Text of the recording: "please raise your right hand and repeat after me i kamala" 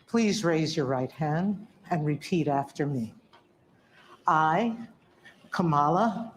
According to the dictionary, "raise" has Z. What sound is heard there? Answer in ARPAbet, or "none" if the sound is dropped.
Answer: Z